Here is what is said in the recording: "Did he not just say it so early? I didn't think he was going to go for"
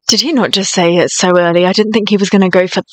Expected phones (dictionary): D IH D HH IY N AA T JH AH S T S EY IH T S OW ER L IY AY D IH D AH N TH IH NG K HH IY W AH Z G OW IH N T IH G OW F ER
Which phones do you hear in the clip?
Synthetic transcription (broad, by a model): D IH D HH IY N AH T JH AH S T S EY IH T S OW ER L IY AY D IH D N TH IH NG K HH IY W AH Z G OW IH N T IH G OW F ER